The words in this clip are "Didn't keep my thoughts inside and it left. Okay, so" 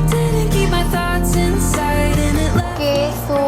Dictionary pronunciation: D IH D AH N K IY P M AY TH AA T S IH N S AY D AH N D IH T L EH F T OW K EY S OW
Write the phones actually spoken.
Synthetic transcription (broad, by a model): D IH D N K IY P M AY TH AA T S IH N S AY D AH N IH T L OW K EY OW